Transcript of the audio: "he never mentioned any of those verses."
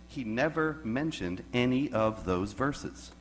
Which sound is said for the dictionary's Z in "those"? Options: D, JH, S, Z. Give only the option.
Z